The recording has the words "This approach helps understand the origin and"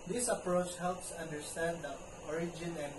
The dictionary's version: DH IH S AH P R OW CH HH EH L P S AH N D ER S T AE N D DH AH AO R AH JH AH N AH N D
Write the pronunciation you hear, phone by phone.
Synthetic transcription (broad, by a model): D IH S AH P R OW CH HH EH L P S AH N D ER S T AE N D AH AO R AH JH AH N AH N